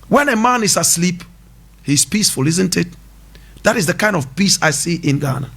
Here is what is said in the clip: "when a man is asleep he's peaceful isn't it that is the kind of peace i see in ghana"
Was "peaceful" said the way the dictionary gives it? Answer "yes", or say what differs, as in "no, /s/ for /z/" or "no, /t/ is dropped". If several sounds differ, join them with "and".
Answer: yes